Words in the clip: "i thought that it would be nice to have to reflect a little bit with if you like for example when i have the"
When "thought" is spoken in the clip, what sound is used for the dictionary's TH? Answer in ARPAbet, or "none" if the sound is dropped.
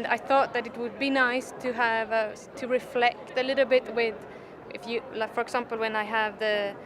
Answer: TH